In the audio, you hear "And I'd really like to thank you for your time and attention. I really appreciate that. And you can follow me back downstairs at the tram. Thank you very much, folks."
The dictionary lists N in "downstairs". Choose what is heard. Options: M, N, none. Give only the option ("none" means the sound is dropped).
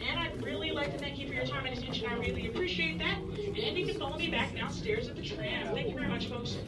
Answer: none